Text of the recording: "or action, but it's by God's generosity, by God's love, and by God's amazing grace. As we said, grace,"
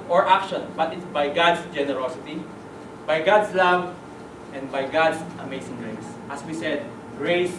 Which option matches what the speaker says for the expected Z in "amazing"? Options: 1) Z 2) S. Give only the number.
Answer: 2